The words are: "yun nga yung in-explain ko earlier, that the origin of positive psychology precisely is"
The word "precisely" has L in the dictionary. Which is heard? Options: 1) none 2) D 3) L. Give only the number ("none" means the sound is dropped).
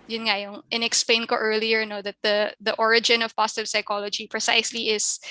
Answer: 3